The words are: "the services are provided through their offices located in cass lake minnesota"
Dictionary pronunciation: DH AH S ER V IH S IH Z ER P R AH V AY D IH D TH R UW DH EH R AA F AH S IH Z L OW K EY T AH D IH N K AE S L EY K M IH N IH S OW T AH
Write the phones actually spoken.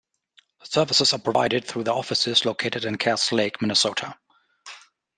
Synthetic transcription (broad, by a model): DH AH S ER V IH S IH Z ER P R AH V AY D IH D TH R UW DH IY AA F AH S IH Z L OW K EY T AH D IH N K AE S L EY K M IH N IH S OW T AH